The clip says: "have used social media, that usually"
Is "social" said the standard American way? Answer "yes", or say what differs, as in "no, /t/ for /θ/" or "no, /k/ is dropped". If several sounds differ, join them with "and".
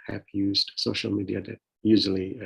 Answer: yes